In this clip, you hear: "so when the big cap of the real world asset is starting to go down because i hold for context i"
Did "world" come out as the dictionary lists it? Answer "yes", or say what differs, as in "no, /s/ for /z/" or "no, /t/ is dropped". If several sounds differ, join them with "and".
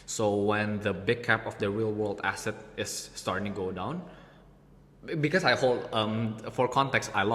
yes